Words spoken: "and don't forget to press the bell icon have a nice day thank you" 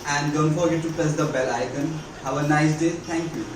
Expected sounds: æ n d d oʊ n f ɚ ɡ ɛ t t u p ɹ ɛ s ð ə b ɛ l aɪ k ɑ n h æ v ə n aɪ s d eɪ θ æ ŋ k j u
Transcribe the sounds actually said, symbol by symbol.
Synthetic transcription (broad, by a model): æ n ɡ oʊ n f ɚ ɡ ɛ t t u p ɛ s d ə b ɛ l aɪ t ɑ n h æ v ə n aɪ s d eɪ t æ ŋ k j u